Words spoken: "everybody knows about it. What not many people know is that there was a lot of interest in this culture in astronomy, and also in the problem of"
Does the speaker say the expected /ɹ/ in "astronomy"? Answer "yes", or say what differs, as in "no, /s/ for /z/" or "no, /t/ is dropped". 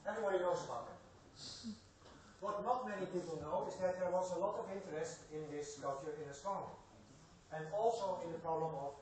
no, /ɹ/ is dropped